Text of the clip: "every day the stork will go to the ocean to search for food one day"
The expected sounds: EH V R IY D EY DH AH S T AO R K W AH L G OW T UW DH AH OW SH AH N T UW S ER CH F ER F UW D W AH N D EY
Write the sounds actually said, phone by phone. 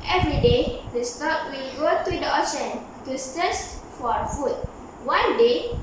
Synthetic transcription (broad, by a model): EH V R IY D EY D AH S T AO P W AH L G OW T UW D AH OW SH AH N T UW S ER S F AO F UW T W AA N D EY